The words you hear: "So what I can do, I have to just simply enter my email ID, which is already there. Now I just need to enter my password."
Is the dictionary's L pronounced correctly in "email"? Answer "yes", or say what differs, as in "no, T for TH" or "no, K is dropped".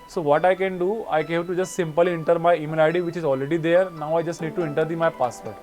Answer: no, N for L